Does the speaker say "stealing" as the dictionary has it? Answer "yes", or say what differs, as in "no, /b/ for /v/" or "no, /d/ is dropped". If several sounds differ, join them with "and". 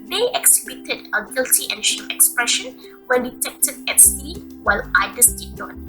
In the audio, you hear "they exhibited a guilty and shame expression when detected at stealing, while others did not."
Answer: no, /w/ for /l/